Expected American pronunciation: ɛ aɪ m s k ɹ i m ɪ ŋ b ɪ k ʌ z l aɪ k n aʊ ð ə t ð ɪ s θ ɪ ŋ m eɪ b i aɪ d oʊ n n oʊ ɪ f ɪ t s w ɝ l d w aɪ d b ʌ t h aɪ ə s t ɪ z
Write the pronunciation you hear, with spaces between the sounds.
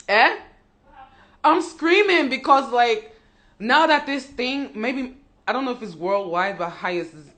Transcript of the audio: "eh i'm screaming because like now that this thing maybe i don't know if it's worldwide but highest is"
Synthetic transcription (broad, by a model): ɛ aɪ m s k ɹ i m ɪ ŋ b ɪ k ʌ z l aɪ k n aʊ ð ə t ð ɪ s θ ɪ ŋ m eɪ b i aɪ d oʊ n n oʊ ɪ f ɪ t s w ɝ l d w aɪ d b ʌ t h aɪ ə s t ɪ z